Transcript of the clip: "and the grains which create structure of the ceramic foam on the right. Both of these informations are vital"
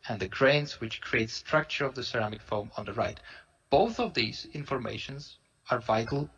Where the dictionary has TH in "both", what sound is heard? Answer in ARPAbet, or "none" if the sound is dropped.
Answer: TH